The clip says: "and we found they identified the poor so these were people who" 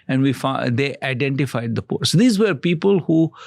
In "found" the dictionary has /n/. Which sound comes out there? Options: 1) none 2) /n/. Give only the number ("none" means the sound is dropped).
1